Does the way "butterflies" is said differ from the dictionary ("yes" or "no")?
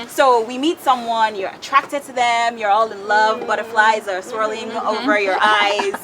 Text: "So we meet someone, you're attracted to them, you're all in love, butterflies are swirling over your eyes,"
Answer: no